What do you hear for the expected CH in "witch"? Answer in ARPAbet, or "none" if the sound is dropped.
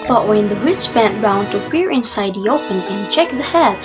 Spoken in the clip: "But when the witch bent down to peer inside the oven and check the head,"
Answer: S